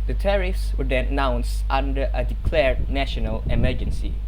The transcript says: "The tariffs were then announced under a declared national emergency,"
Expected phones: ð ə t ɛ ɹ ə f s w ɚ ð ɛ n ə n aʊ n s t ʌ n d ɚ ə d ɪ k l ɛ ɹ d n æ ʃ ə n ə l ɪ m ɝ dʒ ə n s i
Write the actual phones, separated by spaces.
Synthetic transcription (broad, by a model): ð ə t ɛ ɹ ə f s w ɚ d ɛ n ə n aʊ n s t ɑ n d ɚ ə d ɪ k l ɛ ɹ d n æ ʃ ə n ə l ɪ m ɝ dʒ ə n s i